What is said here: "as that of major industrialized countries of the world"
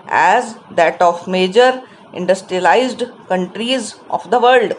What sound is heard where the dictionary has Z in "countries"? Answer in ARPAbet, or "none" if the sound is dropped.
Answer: Z